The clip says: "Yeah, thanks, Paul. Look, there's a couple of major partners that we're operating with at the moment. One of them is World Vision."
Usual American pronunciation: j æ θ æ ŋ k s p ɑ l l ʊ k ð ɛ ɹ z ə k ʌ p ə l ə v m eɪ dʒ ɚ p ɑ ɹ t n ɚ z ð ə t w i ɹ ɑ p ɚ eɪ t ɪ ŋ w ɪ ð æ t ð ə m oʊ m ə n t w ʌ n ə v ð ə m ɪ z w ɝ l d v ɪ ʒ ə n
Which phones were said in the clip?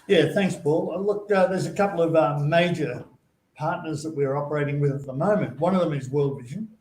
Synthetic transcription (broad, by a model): j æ θ æ ŋ k s p ɑ l l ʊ k ð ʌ ɹ z ə k ʌ p l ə v m eɪ dʒ ɚ p ɑ ɹ t n ɚ z ð ə t w i ɹ ɑ p ɚ eɪ t ɪ ŋ w ɪ ð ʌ t ð ə m oʊ m ə n t w ʌ n ə v ð ə m ɪ z w ɝ l d v ɪ ʒ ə n